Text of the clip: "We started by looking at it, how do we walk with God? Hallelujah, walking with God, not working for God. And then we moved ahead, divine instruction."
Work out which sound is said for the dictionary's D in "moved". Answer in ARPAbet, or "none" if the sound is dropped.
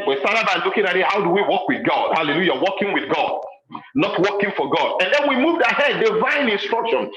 D